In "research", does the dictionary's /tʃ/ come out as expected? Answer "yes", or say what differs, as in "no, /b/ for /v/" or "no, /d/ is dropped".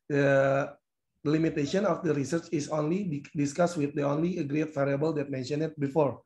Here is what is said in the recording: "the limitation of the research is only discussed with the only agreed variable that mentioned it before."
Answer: yes